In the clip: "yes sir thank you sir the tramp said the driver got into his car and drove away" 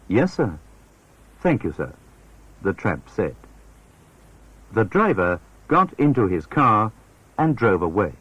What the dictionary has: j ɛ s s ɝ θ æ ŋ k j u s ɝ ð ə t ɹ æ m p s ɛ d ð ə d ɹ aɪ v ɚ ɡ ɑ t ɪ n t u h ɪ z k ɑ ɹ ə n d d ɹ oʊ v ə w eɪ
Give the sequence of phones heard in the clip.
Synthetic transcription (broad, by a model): j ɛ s s ɝ θ æ ŋ k j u s ɝ ð ə t ɹ æ m p s ɛ d ð ə d ɹ aɪ v ɚ ɡ ɑ t ɪ n t u ɪ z k ɑ ɹ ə n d d ɹ oʊ v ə w eɪ